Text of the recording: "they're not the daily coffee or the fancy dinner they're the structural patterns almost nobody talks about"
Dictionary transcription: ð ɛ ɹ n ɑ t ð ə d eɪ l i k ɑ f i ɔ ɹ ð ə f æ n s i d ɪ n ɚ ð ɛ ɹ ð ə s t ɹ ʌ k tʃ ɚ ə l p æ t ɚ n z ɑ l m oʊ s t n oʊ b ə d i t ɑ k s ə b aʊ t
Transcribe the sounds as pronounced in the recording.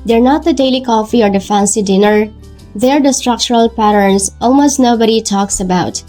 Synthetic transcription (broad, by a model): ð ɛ ɹ n ɑ t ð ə d eɪ l i k ɑ f i ɔ ɹ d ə f æ n s i d ɪ n ɚ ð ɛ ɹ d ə s t ɹ ʌ k tʃ ɚ ə l p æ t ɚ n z ɑ l m oʊ s t n oʊ b ə d i t ɑ k s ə b aʊ t